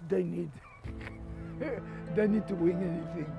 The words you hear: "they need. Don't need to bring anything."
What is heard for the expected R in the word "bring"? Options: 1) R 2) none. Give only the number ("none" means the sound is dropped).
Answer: 2